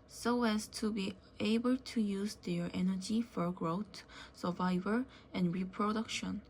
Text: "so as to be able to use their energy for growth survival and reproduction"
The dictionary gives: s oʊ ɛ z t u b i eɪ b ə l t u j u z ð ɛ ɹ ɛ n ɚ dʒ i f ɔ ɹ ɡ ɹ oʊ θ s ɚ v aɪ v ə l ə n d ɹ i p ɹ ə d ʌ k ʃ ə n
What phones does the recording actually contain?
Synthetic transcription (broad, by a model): s oʊ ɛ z t u b i eɪ b ə l t u j u z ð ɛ ɹ ɛ n ɚ dʒ i f ɔ ɹ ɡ ɹ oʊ t s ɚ v aɪ v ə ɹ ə n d ɹ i p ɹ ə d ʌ k ʃ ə n